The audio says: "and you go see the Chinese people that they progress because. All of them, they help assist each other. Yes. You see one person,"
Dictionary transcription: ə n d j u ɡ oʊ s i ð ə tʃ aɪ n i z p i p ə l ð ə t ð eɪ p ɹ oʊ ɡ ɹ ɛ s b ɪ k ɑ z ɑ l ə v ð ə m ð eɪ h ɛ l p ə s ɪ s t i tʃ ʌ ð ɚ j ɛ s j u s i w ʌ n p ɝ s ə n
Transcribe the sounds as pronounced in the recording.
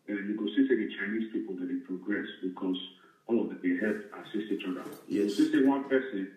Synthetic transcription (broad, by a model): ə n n j u ɡ oʊ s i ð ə tʃ aɪ n i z p i p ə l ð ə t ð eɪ p ɹ oʊ ɡ ɹ ɛ s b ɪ k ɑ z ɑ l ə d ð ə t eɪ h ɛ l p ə s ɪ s i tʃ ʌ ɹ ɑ j ɛ s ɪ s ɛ w ʌ n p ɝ s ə n